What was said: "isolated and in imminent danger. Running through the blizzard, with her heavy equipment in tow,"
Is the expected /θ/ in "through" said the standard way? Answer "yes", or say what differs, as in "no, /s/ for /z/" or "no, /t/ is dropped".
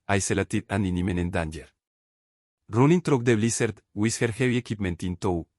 no, /t/ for /θ/